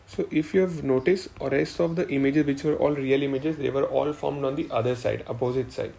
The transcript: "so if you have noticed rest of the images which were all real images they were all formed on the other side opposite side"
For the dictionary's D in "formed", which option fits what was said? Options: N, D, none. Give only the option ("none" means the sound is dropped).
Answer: D